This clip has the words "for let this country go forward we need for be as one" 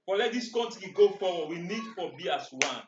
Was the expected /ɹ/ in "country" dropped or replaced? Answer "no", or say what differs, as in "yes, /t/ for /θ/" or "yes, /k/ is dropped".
yes, /ɹ/ is dropped